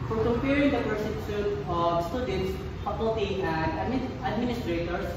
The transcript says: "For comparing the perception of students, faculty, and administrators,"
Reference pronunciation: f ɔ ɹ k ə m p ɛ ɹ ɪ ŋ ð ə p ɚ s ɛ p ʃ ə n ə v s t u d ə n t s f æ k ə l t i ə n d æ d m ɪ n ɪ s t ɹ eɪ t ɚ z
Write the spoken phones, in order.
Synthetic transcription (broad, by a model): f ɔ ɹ k ə m p ɛ ɹ ɪ ŋ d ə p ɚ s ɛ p s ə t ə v s t u d ə n t s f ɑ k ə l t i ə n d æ d m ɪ n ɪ s t ɹ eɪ t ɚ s